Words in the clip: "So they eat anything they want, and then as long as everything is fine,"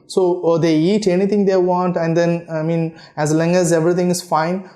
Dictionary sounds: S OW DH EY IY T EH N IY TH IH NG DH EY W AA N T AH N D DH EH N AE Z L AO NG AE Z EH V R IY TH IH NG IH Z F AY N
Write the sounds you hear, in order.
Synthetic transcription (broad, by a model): S OW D EY IY T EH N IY T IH NG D EY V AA N T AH N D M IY N AE Z L AO NG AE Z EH V R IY T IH NG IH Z F AY N